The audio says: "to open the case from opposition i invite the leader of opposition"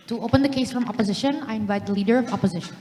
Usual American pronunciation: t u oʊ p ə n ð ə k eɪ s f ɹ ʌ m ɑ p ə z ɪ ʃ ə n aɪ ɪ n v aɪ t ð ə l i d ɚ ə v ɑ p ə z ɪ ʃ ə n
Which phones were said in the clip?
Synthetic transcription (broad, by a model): t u oʊ p ə n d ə k eɪ s f ɹ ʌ m ɑ p ə z ɪ ʃ ə n aɪ ɪ n v aɪ t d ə l i d ɚ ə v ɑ p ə z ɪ ʃ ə n